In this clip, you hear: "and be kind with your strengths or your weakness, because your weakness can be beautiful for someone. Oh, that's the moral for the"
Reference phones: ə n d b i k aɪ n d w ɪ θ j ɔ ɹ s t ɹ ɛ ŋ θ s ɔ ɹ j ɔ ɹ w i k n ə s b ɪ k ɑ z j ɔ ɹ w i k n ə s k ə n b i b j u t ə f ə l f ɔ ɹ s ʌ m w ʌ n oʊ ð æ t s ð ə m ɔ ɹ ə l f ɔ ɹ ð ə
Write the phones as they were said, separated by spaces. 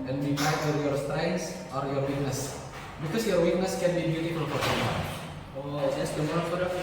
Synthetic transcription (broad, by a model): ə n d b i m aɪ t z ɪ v j ɔ ɹ s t ɹ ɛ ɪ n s ɔ ɹ j ɔ ɹ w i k n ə s b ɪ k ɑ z j ɔ ɹ w i k n ə s k ə n b i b j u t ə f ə l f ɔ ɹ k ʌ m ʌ oʊ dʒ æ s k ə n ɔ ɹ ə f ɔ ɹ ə